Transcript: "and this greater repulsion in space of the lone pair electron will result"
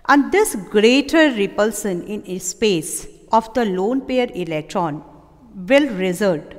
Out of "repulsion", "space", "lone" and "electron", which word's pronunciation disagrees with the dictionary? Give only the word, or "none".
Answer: repulsion